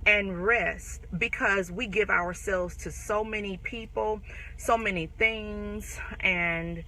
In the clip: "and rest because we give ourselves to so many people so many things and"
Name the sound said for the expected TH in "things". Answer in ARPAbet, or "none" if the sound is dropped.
TH